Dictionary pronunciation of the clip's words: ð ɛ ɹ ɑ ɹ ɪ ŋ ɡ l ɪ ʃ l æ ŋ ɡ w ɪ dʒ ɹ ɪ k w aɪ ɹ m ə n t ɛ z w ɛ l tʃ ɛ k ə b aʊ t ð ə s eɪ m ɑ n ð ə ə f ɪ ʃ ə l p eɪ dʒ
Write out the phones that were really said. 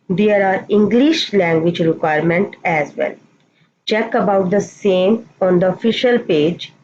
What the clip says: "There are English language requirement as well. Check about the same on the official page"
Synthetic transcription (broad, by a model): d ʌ ɹ ɑ ɹ ɪ ŋ ɡ l ɪ ʃ l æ ŋ ɡ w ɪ dʒ ɹ ɪ k w aɪ ɹ m ə n t ɛ z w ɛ l tʃ ɛ k ə b aʊ t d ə s eɪ m ɑ n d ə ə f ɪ ʃ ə l p eɪ dʒ